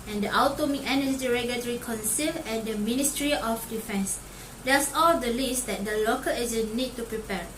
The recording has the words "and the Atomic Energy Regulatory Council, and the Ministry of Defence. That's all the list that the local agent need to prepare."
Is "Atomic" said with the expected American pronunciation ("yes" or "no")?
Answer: no